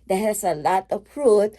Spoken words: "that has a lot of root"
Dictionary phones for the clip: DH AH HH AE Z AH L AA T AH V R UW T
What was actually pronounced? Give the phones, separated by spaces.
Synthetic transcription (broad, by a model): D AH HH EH S AH L AA T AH P R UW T